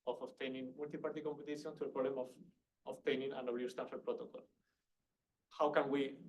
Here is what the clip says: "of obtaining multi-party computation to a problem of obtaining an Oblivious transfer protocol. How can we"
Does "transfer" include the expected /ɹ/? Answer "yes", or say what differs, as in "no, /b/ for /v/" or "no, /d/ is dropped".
no, /ɹ/ is dropped